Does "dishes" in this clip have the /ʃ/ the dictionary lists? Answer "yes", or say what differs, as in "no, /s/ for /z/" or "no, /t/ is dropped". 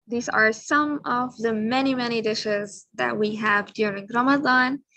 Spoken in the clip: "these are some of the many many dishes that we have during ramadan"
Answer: yes